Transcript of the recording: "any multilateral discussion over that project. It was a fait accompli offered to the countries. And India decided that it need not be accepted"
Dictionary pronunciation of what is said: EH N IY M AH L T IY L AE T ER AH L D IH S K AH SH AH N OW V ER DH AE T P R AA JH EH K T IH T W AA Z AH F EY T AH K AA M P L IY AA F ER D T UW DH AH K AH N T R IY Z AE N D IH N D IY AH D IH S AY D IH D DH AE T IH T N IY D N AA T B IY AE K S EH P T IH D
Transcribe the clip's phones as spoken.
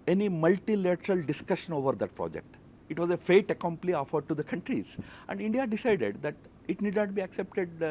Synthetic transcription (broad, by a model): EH N IY M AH L T IY L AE T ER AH L D IH S K AH SH AH N OW V ER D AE T P R AA JH EH K T IH T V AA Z AH F EY T AH K AA M P L IY AA F ER D T UW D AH K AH N T R IY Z AE N D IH N D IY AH D IH S AY D IH D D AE T IH T N IY D N AA T B IY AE K S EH P T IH D